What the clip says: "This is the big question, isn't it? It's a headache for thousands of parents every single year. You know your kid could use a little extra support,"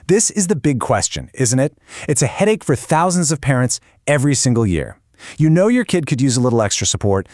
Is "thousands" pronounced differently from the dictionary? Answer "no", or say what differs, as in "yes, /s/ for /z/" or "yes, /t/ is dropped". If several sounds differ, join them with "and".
no